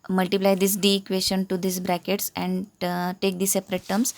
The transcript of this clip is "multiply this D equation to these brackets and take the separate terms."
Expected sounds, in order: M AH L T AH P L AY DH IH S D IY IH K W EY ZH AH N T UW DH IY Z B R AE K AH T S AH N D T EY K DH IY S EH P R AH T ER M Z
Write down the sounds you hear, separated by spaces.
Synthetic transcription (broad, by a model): M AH L T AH P L AY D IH S D IY K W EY SH AH N T UW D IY S B R AE K AH T S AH N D T EY K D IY S EH P R AH T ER M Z